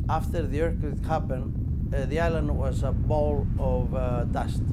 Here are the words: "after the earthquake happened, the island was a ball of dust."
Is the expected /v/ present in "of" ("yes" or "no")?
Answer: yes